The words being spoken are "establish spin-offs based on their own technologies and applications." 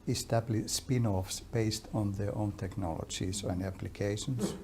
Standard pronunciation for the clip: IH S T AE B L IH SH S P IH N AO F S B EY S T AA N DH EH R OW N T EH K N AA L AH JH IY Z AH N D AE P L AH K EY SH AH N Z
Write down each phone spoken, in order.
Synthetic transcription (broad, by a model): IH S T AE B L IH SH S P IH N AO F S B EY S T AA N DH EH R OW N T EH K N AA L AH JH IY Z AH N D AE P L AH K EY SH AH N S